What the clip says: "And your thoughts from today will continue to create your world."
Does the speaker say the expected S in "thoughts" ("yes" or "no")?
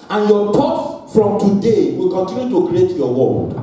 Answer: no